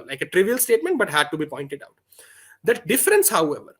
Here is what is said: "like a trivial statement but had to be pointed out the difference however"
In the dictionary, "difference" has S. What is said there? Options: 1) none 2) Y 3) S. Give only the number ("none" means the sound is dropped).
3